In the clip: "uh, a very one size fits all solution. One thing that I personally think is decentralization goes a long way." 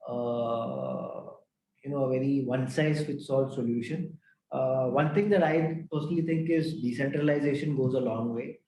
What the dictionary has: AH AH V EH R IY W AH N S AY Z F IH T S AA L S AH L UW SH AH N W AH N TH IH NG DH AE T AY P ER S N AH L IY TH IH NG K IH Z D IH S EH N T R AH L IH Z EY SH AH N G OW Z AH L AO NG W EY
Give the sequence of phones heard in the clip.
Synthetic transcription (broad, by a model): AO AH V EH R IY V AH N S AY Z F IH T S AA L S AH L UW SH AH N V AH N T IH NG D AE T AY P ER S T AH L IY T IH NG K IH Z D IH S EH N T R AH L IH Z EY SH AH N G OW Z AH L AO NG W EY